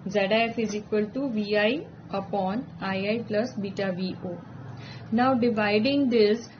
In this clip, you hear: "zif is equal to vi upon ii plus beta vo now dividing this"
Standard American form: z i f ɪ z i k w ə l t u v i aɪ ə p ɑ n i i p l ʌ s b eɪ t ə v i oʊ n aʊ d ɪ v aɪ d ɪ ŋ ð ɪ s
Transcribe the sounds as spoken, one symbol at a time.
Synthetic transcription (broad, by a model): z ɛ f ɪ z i k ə l t u v i aɪ ə p ɑ n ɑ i p l ʌ s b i t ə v i oʊ n aʊ d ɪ v aɪ d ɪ ŋ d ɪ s